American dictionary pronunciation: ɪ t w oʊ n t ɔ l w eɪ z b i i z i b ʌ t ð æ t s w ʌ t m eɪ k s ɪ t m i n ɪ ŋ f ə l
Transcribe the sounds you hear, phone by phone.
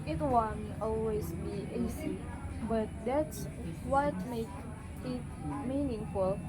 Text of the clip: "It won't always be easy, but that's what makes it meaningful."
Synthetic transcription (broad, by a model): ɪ t w oʊ n t ɔ l w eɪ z b i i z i b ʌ t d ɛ t s w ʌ t m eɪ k ɪ t m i n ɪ ŋ f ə l